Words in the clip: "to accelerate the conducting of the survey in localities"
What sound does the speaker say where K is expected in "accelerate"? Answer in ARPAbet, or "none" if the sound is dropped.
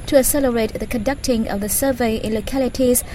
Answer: none